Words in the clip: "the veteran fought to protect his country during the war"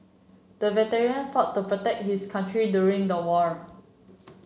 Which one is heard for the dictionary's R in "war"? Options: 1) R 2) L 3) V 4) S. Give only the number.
1